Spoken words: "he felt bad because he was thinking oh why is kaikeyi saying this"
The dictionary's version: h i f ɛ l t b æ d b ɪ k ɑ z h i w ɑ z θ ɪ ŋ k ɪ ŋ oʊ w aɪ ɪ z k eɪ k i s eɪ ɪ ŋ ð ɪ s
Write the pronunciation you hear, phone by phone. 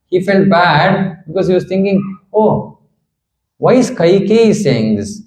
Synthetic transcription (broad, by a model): h i f ɛ l t b æ d b ɪ k ɑ z h i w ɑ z t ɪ ŋ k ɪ ŋ oʊ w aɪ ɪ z k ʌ k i s eɪ ɪ ŋ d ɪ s